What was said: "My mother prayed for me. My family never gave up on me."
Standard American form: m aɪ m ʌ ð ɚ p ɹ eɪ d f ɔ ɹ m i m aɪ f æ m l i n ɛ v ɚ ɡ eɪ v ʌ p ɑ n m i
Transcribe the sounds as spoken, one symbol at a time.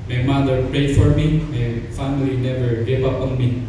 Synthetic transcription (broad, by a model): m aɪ m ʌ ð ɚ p ɹ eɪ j f ɔ ɹ m i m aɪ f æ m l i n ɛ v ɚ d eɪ p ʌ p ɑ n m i